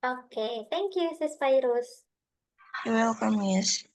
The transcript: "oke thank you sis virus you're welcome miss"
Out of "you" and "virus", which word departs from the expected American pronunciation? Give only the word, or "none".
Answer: virus